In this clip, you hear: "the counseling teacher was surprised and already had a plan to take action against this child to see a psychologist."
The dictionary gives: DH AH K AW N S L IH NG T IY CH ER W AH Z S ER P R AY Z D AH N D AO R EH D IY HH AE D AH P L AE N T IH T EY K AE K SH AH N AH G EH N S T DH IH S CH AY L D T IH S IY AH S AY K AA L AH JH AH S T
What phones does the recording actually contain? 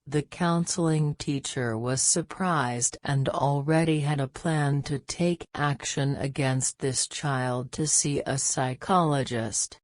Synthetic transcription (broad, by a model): DH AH K AW N S L IH NG T IY CH ER W AH Z S ER P R AY Z D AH N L R EH D IY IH D AH P L AE N T IH T EY K AE K SH AH N AH G EH N S T DH IH S CH AY L D T IH S IY AH S AY K AA L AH JH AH S T